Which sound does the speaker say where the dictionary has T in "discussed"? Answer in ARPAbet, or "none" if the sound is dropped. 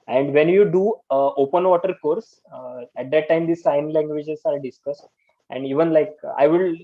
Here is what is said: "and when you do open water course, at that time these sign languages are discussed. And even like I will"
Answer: T